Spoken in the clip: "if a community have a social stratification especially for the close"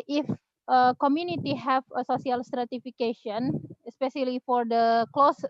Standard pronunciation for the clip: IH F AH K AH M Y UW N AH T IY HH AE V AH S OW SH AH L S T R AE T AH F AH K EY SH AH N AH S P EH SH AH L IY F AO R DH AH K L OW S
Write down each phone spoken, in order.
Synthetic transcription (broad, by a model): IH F AH K AH M Y UW N AH T IY HH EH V AH S OW S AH L S T R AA T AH F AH K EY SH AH N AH S P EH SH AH L IY F AO R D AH K L OW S